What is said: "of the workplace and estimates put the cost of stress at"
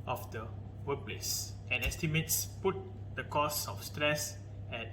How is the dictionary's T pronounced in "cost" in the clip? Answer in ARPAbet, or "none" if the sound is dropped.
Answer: none